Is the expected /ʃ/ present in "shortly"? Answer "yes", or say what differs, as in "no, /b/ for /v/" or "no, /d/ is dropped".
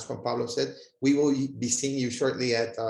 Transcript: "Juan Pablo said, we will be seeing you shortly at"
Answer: yes